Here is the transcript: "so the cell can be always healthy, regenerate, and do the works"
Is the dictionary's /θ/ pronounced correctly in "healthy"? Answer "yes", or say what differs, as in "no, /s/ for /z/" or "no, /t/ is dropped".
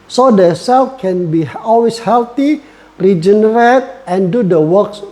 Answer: no, /t/ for /θ/